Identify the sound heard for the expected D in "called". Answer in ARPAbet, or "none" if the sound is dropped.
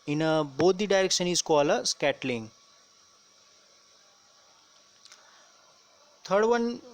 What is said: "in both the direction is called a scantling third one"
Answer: none